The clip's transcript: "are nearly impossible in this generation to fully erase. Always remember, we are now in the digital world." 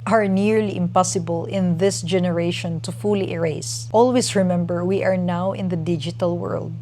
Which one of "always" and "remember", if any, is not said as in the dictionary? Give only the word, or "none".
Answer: always